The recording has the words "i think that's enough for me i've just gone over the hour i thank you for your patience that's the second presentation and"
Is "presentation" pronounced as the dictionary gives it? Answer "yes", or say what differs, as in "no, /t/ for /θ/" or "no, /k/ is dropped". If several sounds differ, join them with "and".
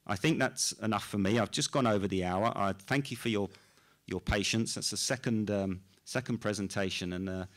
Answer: yes